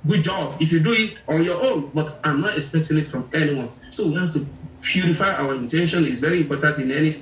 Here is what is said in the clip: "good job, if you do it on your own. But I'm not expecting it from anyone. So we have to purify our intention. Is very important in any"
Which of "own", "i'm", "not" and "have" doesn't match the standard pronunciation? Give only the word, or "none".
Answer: have